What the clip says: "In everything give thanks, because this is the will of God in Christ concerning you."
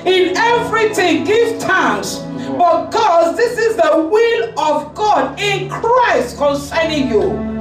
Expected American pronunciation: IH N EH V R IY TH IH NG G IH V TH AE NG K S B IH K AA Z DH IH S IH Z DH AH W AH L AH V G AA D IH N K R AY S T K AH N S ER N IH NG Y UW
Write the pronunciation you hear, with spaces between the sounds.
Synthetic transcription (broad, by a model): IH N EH V R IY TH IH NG G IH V T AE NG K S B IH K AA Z DH IH S IH Z DH AH W AH L AH V G AA D IH N K R AY S T K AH N S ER N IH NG Y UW